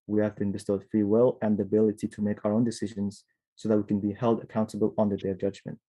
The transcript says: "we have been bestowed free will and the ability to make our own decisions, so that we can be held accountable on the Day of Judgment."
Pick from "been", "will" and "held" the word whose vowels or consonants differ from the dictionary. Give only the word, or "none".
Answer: none